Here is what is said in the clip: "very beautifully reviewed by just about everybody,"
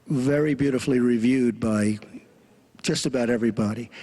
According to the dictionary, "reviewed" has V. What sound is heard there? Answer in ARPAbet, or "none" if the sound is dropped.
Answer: V